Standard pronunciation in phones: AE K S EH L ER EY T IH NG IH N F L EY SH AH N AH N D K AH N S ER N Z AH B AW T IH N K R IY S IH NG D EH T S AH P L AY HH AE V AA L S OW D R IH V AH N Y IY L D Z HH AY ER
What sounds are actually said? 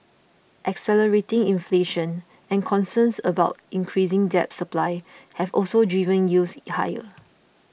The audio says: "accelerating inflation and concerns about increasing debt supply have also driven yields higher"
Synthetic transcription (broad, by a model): AE K S EH L ER EY T IH NG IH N F L EY SH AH N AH N K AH N S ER N S AH B AW T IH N K R IY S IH NG D EH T S AH P L AY HH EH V AA L S OW D R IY V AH N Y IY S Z HH AY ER